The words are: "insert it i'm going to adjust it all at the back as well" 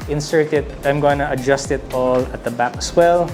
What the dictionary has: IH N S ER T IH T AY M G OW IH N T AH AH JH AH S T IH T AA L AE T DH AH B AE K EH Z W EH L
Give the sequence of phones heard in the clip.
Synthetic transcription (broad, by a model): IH N S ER T IH T AY M G OW IH N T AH AH JH AH S T IH T AA L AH T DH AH B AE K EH S W EH L